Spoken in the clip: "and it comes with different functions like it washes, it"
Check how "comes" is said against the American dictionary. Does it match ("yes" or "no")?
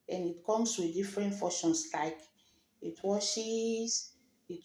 no